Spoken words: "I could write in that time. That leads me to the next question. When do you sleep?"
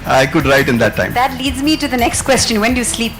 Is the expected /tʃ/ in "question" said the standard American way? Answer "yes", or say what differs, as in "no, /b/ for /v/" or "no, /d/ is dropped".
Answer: yes